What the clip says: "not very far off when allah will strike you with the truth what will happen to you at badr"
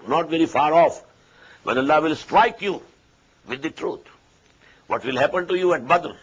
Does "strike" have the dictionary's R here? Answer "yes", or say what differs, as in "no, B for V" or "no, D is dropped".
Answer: yes